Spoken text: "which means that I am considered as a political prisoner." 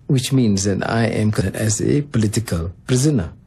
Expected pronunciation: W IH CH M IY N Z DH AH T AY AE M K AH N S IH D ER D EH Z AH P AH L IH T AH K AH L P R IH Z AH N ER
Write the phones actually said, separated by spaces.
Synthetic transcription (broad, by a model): W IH CH M IY N Z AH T AY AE M K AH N IH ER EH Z AH P AH L IH T AH K AH L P R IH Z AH N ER